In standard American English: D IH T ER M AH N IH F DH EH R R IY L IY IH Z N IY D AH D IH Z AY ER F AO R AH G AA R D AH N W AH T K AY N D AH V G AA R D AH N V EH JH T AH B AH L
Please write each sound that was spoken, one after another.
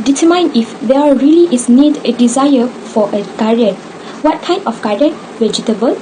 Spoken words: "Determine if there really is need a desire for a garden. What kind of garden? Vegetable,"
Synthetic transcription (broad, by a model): D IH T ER M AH N IH F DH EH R R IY L IY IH S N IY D AH D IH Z AY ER F AO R AH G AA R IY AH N W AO T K AY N AH F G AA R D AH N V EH JH T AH B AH L